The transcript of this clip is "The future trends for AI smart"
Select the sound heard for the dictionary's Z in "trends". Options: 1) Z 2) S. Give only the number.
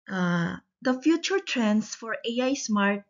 2